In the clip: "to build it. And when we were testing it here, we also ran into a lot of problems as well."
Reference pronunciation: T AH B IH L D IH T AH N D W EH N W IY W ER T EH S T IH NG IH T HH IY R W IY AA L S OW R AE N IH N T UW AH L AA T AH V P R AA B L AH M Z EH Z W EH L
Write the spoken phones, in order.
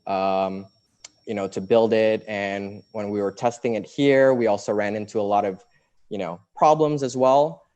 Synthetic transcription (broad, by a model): T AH B IH L D IH T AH N W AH N W IY W ER T EH S T IH NG IH T HH IY R W IY AA L S OW R AE N IH N T UW AH L AA T AH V P R AA B L AH M Z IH Z W EH L